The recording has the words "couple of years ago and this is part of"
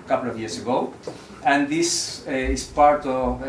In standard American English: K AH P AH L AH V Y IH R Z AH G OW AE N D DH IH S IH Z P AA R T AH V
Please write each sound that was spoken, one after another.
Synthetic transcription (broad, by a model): K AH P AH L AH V Y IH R S AH G OW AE N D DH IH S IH S P AA R T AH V